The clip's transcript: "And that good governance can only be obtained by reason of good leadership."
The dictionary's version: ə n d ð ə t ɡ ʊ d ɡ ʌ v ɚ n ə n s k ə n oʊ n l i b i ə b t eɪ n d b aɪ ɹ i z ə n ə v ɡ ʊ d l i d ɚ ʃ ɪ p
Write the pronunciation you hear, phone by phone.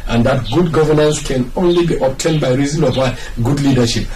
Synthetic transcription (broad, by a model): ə n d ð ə t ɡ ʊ d ɡ ʌ v ɚ n ə n s k ə n oʊ n l i b i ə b t eɪ n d b aɪ ɹ i z ə n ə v ɡ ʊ d l i d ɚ ʃ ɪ p